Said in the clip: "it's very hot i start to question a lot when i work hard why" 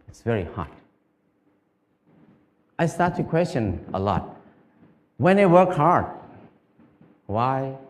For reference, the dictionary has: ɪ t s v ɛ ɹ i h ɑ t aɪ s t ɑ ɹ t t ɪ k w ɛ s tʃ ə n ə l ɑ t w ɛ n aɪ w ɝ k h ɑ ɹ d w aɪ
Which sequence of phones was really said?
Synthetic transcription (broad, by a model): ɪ t s v ɛ ɹ i h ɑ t aɪ s t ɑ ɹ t t ɪ k w ɛ s tʃ ə n ə l ɑ t w ɛ n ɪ w ɝ k h ɑ ɹ d w aɪ